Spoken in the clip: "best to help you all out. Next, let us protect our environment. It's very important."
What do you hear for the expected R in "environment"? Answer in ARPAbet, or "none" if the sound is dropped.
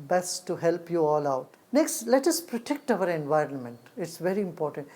R